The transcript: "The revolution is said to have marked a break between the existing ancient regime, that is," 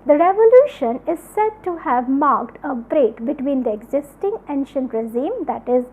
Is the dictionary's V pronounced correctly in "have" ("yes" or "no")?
yes